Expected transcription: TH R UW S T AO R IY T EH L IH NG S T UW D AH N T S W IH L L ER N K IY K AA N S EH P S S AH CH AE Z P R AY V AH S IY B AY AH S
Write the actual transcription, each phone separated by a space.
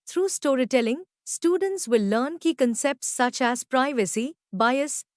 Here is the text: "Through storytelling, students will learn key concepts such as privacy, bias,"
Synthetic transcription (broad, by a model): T R UW S T AO R IY T EH L IH NG S T UW D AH N T S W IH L L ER N K IY K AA N S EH P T S AH CH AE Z P R AY V AH S IY B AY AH S